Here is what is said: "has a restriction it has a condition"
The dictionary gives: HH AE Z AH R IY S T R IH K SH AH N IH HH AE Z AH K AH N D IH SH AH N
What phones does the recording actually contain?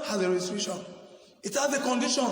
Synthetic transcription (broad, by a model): HH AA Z AH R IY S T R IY SH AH N IH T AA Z AH K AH N D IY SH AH N